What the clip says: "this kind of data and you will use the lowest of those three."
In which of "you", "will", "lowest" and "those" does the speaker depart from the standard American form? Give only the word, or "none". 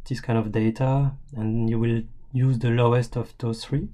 those